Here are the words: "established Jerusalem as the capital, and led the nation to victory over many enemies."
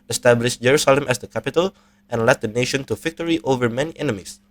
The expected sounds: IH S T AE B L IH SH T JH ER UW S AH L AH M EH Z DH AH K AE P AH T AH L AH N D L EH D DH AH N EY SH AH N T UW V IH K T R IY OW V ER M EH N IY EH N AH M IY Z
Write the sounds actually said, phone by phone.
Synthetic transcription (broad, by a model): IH S T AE B L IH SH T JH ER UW S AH L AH M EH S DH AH K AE P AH T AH L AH N L EH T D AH N EY SH AH N T UW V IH K T R IY OW V ER M EH N IY EH N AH M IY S